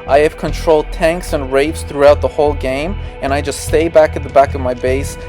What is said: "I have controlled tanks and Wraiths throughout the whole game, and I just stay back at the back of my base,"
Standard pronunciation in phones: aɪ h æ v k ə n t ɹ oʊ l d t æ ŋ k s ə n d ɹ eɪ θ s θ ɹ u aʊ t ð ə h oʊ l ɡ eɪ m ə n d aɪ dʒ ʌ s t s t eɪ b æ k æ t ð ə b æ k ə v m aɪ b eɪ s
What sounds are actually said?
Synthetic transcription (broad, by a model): aɪ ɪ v k ə n t ɹ oʊ l d t æ ŋ k s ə n ɹ eɪ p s θ ɹ u aʊ t ð ə h oʊ l ɡ eɪ m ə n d aɪ dʒ ʌ s t s t eɪ b æ k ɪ t ð ə b æ k ə v m aɪ b eɪ s